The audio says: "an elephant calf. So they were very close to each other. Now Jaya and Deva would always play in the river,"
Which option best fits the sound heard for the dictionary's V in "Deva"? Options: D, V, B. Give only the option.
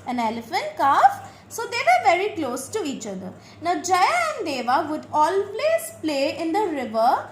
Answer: V